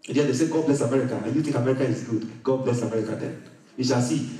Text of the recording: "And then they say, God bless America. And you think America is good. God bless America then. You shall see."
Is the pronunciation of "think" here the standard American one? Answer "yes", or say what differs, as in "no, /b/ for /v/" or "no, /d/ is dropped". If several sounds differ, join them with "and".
no, /t/ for /θ/